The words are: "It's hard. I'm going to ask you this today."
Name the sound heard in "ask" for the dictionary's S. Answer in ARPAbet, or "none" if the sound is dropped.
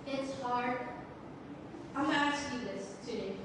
none